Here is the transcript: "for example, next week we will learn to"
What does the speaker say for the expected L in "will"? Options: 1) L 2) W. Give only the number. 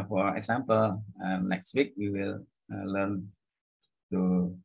1